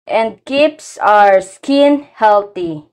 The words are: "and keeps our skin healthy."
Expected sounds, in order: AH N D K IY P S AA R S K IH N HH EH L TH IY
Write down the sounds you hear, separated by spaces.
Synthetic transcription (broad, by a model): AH N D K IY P S AA R S K IH N HH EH L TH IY